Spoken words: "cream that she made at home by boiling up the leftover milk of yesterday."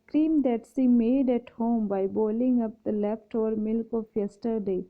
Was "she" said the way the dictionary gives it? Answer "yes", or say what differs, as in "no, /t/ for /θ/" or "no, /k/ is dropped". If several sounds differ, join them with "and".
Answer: no, /s/ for /ʃ/